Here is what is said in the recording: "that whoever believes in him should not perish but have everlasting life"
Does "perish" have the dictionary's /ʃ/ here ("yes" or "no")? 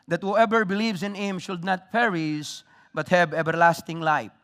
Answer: no